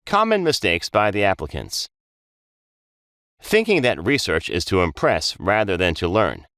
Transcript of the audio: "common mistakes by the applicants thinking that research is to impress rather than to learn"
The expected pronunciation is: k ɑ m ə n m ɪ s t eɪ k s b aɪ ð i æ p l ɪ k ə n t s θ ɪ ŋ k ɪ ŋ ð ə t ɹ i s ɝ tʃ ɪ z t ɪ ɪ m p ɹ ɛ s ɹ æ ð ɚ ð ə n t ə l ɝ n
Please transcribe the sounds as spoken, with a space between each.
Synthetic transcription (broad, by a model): k ɑ m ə n m ɪ s t eɪ k s b aɪ ð i æ p l ɪ k ə n t s θ ɪ ŋ k ɪ ŋ ð ə t ɹ i s ɝ tʃ ɪ z t ɪ ɪ m p ɹ ɛ s ɹ æ ð ɚ ð ə n t ə l ɝ n